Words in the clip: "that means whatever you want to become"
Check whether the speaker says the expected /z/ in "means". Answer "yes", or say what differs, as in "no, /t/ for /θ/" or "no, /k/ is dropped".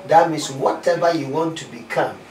no, /s/ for /z/